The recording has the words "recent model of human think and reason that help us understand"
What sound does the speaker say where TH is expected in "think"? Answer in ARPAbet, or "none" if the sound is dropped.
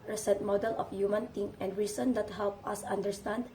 T